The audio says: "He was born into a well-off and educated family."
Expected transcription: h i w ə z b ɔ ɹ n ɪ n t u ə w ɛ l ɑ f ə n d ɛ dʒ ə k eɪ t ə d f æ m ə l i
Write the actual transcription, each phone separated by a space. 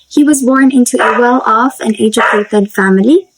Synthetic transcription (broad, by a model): h i w ə z b ɔ ɹ n ɪ n t u ə w ɛ l ɑ f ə n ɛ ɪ dʒ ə eɪ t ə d f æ m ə l i